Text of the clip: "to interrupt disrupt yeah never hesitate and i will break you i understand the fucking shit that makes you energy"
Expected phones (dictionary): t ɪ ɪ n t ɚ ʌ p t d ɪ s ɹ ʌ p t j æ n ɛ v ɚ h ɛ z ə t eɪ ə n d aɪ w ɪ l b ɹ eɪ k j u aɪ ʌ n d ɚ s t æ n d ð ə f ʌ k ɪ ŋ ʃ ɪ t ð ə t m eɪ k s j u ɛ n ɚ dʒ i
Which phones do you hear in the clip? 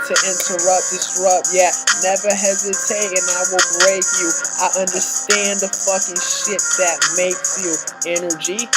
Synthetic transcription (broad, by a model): t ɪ ɪ n t ɚ ʌ p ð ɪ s ɹ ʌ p j æ n ɛ v ɚ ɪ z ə s eɪ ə n aɪ w ɪ l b ɹ eɪ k j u aɪ ʌ n d ɚ s t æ n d ð ə f ʌ k ɪ ŋ ʃ ɪ t ð ə t m eɪ k s j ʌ ɛ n ɚ dʒ i